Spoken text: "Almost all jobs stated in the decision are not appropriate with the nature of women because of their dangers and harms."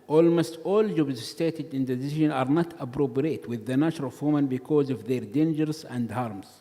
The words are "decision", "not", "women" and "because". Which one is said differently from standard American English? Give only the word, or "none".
none